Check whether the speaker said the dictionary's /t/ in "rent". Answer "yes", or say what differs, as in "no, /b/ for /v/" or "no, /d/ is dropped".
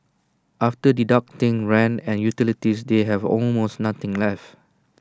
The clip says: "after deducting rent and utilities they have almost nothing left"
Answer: no, /t/ is dropped